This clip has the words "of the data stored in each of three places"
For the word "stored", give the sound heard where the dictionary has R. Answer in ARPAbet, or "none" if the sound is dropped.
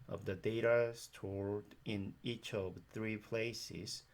R